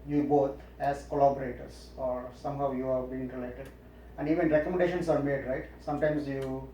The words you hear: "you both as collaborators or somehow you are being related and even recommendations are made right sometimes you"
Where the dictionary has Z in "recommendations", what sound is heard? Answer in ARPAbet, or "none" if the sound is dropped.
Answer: S